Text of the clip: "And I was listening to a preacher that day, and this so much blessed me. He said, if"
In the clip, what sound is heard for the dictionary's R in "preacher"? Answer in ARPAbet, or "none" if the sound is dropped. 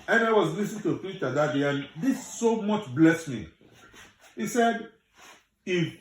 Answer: none